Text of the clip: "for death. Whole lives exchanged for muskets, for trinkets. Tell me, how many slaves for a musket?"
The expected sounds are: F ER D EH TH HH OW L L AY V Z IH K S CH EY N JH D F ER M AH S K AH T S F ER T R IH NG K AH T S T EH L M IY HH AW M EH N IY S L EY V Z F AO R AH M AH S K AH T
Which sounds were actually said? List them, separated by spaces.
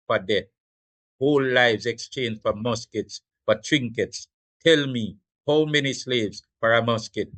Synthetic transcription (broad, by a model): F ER D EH T HH OW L L AY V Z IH K S CH EY N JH F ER M AH S K AH T S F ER T R IH NG K AH T S T EH L M IY HH AW M EH N IY S L EY V Z F AO R AH M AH S K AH T